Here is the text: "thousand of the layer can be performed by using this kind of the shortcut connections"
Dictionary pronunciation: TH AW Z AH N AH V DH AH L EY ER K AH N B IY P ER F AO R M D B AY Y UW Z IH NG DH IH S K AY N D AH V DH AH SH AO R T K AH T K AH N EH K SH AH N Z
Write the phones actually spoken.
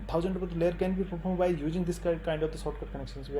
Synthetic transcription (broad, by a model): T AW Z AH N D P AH L EY ER K AH N B IY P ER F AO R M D B AY Y UW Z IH NG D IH S K AY N D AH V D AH S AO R T K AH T K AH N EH K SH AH N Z